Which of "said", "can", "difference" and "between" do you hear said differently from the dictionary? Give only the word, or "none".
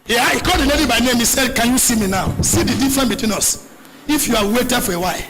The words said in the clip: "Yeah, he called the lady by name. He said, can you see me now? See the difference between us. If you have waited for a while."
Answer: difference